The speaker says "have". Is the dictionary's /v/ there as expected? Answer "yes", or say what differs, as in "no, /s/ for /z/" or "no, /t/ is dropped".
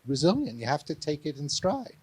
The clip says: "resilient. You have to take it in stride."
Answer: no, /f/ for /v/